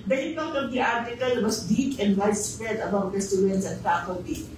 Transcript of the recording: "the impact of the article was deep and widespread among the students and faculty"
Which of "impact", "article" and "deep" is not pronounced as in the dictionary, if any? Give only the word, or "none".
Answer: impact